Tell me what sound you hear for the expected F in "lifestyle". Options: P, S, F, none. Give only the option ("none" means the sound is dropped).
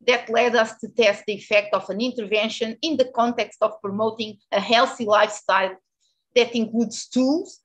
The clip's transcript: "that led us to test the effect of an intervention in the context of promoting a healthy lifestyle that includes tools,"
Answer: F